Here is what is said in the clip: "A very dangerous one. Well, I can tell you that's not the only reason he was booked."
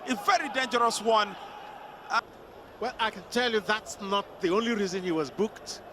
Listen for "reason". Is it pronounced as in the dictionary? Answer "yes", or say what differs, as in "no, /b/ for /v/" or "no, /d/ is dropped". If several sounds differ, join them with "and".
yes